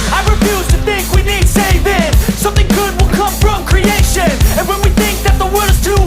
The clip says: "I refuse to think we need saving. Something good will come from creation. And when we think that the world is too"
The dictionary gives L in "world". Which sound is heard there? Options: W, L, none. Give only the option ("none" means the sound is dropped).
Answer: none